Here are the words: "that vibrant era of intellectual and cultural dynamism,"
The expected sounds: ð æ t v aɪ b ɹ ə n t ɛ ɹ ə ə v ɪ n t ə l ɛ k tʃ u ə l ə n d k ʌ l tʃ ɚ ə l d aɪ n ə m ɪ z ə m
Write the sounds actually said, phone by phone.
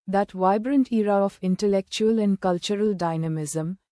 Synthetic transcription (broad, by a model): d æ t v aɪ b ɹ ə n t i ɹ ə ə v ɪ n t ə l ɛ k tʃ u ə l ə n d k ʌ l tʃ ɚ ə l d aɪ n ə m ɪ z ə m